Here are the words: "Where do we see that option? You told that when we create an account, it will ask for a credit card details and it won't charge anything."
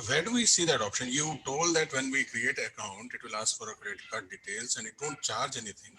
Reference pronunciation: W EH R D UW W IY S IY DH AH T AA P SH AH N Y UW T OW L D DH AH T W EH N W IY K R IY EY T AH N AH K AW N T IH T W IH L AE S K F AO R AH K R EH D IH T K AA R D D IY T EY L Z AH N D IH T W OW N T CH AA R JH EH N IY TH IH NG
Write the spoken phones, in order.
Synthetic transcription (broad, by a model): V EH R D UW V IY S IY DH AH T AA P SH AH N Y UW T OW L D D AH T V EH N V IY K R IY EY T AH AH K AW N T IH T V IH L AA S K F AO R AH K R D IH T K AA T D D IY T EY L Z AH N D IH T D OW N T CH AA R JH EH N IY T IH NG